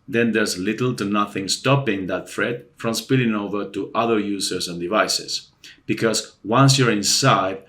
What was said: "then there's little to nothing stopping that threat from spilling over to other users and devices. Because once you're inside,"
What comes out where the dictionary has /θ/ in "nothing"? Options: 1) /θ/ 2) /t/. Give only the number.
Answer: 1